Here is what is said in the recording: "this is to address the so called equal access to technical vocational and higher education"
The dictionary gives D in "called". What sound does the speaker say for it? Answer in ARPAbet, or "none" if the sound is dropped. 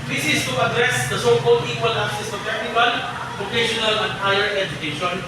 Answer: none